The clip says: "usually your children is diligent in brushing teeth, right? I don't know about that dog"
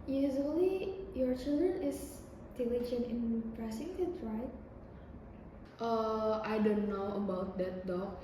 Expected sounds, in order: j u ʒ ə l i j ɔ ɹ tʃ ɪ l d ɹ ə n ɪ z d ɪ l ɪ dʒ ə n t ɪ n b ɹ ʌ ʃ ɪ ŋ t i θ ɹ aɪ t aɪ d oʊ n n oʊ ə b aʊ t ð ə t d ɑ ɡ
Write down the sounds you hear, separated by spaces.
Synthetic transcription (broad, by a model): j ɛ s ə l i j ɔ ɹ tʃ ɪ l d ɹ ə n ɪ s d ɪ l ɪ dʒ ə n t ɪ n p ɹ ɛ s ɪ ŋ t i t ɹ aɪ t aɪ d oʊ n n oʊ ə b aʊ t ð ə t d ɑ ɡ